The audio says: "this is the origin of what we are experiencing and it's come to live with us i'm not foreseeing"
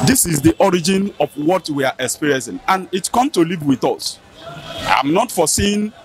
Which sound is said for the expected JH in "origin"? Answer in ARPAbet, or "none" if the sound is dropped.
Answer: JH